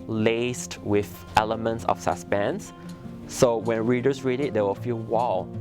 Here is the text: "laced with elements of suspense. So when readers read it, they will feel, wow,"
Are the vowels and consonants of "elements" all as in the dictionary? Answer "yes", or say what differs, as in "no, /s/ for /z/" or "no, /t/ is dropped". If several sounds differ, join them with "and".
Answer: yes